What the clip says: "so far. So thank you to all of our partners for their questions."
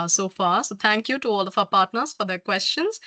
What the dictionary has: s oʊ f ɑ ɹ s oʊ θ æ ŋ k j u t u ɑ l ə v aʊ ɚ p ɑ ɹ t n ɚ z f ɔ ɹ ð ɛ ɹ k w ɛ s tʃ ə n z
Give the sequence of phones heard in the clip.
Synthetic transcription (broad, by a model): s oʊ f ɑ ɹ s oʊ t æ ŋ k j u t u ɑ l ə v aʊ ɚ p ɑ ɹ t n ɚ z f ɔ ɹ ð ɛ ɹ k w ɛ s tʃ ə n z